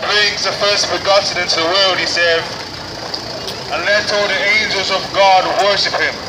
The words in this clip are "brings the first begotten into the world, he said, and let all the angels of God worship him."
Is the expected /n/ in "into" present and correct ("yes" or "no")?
yes